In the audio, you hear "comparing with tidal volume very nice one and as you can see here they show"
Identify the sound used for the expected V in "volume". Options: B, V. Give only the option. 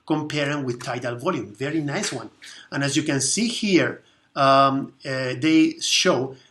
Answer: V